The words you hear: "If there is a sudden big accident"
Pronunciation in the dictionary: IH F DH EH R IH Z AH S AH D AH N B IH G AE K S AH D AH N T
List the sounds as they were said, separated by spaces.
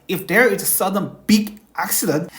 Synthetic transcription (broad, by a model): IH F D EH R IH S AH S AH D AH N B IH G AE K S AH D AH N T